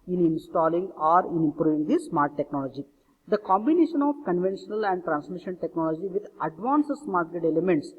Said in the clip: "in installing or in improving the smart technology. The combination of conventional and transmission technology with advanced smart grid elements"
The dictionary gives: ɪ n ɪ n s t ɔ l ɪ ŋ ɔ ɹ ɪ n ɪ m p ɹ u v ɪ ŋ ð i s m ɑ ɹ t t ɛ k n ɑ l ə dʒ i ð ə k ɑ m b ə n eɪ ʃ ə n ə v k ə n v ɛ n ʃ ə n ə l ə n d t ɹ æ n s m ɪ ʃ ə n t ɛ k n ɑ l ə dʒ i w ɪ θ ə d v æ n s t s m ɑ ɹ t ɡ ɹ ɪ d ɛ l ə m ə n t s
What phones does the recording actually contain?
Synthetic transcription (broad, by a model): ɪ n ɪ n s t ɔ l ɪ ŋ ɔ ɹ ɪ n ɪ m p ɹ u v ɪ ŋ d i s m ɑ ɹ t t ɛ k n ɑ l ə dʒ i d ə k ɑ m b ə n eɪ ʃ ə n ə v k ə n v ɛ n ʃ ə n ə l ə n d t ɹ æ n s m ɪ ʃ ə n t ɛ k n ɑ l ə dʒ i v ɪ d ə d v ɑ n s s m ɑ ɹ t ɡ ɛ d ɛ l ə m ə n t s